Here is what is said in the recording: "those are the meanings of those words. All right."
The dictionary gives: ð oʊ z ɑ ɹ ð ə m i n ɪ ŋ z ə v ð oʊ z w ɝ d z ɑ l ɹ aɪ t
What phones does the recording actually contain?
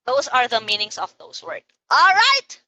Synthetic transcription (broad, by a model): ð oʊ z ɑ ɹ ð ə m i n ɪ ŋ s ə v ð oʊ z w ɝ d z ɑ l ɹ aɪ t